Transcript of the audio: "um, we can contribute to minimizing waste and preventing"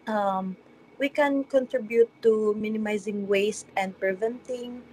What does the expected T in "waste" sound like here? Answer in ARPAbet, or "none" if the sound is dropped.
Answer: T